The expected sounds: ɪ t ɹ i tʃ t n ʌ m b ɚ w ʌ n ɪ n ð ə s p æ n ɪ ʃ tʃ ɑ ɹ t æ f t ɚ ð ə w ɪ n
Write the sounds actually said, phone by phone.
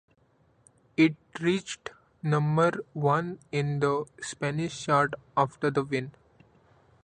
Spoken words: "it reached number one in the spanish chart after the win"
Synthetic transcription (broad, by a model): ɪ t ɹ i tʃ t n ʌ m b ɚ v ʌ n ɪ n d ə s p æ n ɪ ʃ ʃ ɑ ɹ t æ f t ɚ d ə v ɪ n